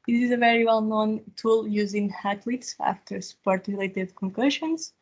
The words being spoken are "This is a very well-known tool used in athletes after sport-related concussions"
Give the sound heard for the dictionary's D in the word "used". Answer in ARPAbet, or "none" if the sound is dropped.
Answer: none